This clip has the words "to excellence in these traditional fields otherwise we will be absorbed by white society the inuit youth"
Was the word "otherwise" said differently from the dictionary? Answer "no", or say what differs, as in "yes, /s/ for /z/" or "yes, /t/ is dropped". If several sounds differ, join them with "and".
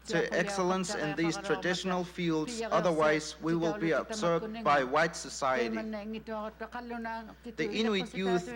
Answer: no